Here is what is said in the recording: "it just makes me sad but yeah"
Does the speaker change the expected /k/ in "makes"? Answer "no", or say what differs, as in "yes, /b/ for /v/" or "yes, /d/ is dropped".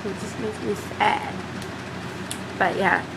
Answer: yes, /k/ is dropped